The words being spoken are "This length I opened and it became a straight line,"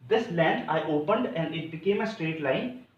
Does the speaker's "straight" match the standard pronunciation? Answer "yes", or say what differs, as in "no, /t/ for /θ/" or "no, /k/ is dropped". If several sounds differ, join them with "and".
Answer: yes